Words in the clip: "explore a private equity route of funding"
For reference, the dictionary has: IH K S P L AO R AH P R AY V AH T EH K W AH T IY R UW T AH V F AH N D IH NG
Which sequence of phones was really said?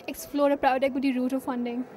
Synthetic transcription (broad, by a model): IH K S P L AO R AH P R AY AH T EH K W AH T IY R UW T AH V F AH N D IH NG